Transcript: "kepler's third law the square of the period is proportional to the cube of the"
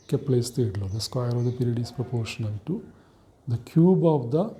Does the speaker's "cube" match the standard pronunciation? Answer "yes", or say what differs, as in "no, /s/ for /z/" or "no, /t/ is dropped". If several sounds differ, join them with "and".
yes